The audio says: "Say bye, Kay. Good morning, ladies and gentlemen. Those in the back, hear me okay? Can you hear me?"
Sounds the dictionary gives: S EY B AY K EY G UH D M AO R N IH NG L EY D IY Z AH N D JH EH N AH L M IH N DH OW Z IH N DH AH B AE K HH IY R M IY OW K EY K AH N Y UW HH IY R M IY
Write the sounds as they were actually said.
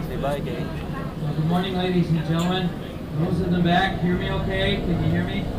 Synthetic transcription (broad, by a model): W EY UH G UH D M AO R N IH NG L EY D IY Z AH N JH EH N L M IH N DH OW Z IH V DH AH B AE K HH IY R M IY OW K EY K AH N Y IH HH IY R M IY